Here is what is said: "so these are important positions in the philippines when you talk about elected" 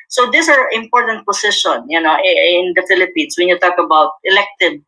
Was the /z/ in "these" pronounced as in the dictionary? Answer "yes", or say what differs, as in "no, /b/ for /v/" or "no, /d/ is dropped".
no, /s/ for /z/